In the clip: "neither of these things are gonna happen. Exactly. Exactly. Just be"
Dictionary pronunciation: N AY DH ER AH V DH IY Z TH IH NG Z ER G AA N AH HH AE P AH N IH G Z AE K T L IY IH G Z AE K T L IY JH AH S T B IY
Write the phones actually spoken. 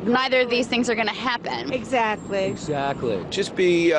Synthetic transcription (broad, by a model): N AY DH ER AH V DH IY Z TH IH NG Z ER G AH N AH HH AE P AH N IH G Z AE K T L IY IH G Z AE K T L IY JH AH S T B IY